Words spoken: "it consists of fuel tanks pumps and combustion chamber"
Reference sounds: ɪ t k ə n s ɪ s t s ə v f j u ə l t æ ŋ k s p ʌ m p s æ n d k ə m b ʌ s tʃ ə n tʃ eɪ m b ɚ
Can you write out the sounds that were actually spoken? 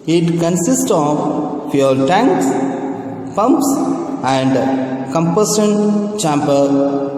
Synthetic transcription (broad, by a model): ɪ t k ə n s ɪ s t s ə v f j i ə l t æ ŋ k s p ʌ m p s æ n d k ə m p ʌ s ə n tʃ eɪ m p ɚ